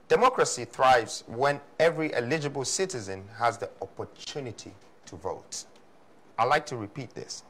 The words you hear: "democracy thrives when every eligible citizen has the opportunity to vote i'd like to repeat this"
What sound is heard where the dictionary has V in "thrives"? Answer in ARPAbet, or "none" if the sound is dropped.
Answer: V